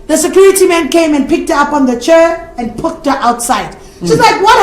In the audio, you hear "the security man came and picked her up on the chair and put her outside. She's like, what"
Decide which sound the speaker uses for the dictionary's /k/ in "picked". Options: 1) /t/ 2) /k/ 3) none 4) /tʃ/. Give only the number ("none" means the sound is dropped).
2